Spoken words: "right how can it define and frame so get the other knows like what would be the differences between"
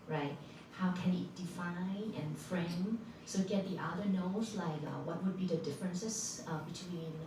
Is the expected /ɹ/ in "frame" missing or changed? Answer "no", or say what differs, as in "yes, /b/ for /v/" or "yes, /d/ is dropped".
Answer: no